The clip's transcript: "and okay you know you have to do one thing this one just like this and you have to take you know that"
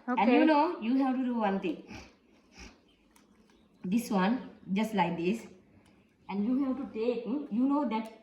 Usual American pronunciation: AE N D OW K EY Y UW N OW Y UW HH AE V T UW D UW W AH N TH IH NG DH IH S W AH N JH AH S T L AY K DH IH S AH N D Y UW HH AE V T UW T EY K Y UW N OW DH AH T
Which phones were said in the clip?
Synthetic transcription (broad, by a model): OW EY Y UW N OW Y UW HH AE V T UW D UW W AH N T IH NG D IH S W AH N JH AH S T L AY K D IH S AH N D Y UW HH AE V T UW T EY K Y UW N OW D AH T